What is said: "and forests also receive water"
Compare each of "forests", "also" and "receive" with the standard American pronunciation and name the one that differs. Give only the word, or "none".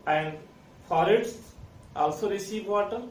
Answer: forests